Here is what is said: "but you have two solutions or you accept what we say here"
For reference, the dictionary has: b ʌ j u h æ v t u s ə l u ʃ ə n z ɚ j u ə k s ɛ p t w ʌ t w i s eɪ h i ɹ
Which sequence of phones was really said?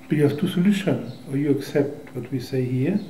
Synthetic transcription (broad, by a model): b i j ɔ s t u s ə l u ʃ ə n ɚ j u ə k s ɛ p t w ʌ t w i s eɪ h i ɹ